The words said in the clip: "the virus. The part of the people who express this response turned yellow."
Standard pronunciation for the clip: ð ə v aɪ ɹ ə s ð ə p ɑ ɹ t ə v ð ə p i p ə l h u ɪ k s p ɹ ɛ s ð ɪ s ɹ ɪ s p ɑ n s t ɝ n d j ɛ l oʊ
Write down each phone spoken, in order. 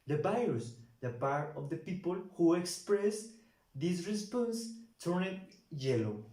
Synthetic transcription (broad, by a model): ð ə b aɪ ə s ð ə p ɑ ɹ t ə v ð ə p i p ə l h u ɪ k s p ɹ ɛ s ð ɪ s ɹ ɪ s p ɑ n s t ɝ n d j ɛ l oʊ